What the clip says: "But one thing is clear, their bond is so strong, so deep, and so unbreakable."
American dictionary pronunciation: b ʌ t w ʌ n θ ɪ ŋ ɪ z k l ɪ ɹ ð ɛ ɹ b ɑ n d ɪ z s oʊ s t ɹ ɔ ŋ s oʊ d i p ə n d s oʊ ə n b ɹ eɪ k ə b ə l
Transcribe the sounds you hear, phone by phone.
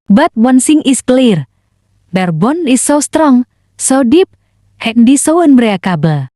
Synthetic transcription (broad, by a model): b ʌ t w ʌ n s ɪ ŋ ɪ s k l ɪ ɹ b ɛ ɹ b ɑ n ɪ s oʊ s t ɹ ɔ ŋ s oʊ d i p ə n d s oʊ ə n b ɹ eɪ k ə b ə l